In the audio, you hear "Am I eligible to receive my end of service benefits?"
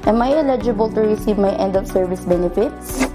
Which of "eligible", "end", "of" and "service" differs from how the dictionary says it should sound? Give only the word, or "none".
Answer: of